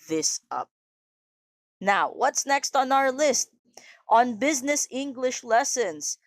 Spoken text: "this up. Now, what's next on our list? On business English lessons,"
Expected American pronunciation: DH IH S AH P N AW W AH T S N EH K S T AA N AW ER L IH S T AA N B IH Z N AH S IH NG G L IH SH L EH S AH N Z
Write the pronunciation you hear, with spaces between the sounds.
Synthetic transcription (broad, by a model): DH IH S AH P N AW W AH T S N EH K S T N AW ER L IH S T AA N B IH Z N AH S IH NG G L IH SH L EH S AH N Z